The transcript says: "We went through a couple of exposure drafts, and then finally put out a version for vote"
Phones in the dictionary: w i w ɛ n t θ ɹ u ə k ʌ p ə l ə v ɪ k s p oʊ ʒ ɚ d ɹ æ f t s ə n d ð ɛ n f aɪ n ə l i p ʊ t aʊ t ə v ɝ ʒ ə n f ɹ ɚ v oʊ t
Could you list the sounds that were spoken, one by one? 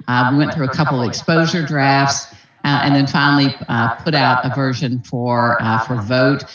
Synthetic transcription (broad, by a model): w i w ɛ n θ ɹ u ə k ʌ p l ə v ɪ k s p oʊ ʒ ɚ d ɹ æ f t s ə n ð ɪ n f aɪ n l i p ʊ t aʊ t ə v ɝ ʒ ə n f ɹ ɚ v oʊ t